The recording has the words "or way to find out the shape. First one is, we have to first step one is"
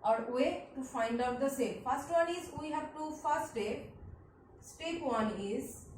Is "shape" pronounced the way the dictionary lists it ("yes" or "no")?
no